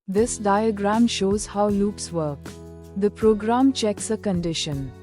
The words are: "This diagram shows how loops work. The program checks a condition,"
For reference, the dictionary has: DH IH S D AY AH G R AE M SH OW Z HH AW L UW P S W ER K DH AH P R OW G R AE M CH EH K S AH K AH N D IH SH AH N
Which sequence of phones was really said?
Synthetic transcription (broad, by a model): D IH S D AY AH G R AE M SH OW Z HH AW L UW P S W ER K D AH P R OW G R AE M CH EH K S AH K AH N D IH SH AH N